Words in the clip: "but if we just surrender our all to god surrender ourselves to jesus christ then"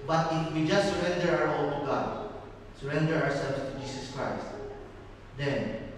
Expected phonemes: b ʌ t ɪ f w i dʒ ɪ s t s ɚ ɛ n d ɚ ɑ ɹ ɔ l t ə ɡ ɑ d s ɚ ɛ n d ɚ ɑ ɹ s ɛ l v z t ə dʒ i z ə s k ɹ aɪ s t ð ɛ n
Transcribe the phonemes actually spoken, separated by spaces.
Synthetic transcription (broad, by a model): b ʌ t ɪ f w i dʒ ɪ s t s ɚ ɛ n d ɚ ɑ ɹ ɔ l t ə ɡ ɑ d s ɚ ɛ n d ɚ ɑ ɹ s ɛ l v s t ə dʒ i s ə s k ɹ aɪ s t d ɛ n